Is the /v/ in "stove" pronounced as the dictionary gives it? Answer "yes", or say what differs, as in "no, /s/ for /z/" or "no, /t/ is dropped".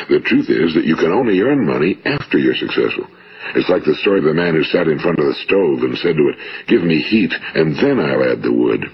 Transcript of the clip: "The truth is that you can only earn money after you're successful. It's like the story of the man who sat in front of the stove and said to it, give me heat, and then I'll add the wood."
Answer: yes